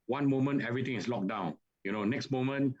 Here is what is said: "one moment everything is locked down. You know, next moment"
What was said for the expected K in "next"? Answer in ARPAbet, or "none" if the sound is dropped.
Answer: K